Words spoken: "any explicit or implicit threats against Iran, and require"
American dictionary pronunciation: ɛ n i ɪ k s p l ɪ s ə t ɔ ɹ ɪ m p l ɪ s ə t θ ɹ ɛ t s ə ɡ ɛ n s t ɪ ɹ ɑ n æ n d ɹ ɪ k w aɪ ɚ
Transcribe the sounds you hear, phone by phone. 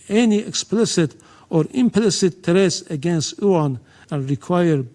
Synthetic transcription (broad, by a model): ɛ n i ɪ k s p l ɪ s ə t ɔ ɹ ɪ m p l ɪ s ə t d ɹ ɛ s ə ɡ ɛ n s t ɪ ɑ n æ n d ɹ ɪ k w aɪ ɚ